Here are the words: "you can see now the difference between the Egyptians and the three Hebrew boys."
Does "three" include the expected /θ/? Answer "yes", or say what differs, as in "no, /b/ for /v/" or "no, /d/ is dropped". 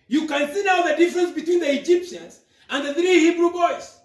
yes